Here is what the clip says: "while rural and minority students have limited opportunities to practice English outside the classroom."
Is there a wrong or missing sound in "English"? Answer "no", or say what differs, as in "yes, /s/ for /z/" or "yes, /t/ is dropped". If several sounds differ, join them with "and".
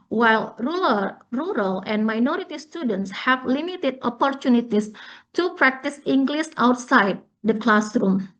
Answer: yes, /s/ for /ʃ/